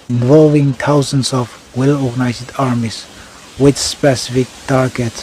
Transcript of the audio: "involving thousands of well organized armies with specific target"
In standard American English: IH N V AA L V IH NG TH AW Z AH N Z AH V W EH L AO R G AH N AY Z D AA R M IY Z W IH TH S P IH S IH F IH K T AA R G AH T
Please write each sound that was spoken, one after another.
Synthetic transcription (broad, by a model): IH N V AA L V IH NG T AW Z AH N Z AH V W EH L AO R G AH N AY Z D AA R M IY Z W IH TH S P IH S IH F IH K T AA R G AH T